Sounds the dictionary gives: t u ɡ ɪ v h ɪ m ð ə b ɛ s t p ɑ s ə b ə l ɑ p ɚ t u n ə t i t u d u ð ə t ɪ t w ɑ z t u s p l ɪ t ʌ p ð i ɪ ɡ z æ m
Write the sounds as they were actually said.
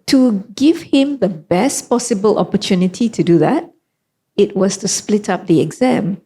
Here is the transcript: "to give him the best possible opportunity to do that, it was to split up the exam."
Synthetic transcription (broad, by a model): t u ɡ ɪ v h ɪ m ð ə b ɛ s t p ɑ s ə b ə l ɑ p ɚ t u n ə t i t u d u ð ə t ɪ t w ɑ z t u s p l ɪ t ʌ p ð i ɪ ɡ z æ m